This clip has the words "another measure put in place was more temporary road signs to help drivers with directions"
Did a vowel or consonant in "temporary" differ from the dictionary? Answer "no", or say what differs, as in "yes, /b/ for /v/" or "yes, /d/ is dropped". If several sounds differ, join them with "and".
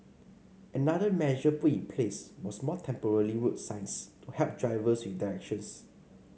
yes, /l/ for /ɹ/